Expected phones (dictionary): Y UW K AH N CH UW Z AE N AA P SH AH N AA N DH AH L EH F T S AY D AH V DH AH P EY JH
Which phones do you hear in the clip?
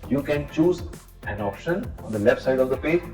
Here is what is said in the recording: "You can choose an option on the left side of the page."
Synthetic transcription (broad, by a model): Y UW K AH N CH UW Z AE N AA P SH AH N AA N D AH L EH F T S AY D AH V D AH P EY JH